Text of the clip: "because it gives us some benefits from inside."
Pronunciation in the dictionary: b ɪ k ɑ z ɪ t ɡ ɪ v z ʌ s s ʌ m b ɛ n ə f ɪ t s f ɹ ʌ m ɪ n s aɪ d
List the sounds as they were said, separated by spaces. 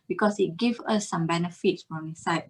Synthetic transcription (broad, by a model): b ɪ k ɑ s ɪ t ɡ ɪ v ʌ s s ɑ m b ɛ n ə f ɪ t s f ɹ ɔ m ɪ s aɪ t